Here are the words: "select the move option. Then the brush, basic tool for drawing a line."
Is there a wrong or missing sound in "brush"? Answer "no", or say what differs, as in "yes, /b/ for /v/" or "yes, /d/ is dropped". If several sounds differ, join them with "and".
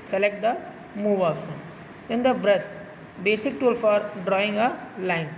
yes, /s/ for /ʃ/